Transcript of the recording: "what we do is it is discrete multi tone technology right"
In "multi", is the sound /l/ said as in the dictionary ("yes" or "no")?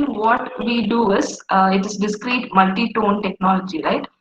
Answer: yes